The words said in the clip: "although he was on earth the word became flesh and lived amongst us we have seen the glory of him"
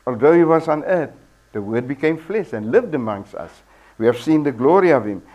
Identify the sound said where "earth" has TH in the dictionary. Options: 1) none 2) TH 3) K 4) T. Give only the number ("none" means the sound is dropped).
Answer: 4